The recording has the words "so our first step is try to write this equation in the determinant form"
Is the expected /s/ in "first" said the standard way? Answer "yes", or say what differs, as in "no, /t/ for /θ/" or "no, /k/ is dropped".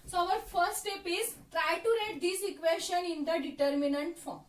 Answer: no, /s/ is dropped